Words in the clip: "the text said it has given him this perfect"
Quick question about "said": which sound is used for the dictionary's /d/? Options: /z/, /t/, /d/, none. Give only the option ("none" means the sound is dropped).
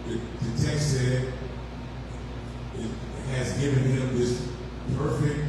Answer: none